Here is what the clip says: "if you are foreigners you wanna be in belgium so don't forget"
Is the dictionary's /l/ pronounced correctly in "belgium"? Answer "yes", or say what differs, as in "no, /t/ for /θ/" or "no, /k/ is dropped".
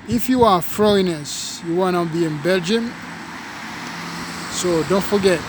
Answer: yes